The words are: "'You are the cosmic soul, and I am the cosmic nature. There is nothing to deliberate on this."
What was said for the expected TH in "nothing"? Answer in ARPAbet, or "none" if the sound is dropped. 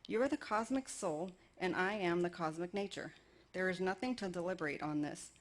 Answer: TH